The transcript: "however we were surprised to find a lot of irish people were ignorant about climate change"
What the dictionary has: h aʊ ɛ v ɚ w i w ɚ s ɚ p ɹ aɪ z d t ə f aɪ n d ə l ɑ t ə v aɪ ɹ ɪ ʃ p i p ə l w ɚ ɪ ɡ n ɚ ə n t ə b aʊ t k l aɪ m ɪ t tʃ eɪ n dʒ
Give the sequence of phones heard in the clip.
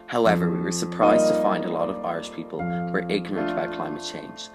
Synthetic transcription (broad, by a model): h aʊ ɛ v ɚ w i w ɚ s ɚ p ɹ aɪ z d t ə f aɪ n d ə l ɑ t ə v aɪ ɹ ɪ ʃ p i p ə l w ɚ ɪ ɡ n ɚ ə n t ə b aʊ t k l aɪ m ɪ t tʃ eɪ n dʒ